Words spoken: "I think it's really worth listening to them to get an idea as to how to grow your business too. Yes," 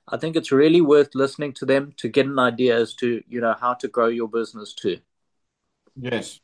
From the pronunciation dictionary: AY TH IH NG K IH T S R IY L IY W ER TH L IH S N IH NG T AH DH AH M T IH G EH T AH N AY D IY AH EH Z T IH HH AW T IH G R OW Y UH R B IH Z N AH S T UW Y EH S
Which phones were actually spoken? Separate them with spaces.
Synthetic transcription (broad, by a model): AY TH IH NG K IH T S R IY L IY W ER TH L IH S N IH NG T AH DH AH M T IH G EH T AH N AY D IY AH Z T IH HH AW T IH G R OW Y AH B IH Z N AH S T UW Y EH S